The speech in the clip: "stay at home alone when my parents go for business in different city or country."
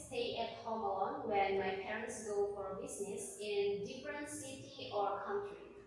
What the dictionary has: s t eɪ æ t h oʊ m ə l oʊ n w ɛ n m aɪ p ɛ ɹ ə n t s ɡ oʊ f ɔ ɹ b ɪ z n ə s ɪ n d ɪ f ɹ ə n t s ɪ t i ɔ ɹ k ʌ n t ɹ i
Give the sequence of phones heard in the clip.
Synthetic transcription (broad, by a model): s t eɪ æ t h oʊ m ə l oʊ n w ɛ n m aɪ p ɛ ɹ ə n t s ɡ oʊ f ɔ ɹ b ɪ z n ə s ɪ n d ɪ f ɹ ə n t s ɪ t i ɔ ɹ k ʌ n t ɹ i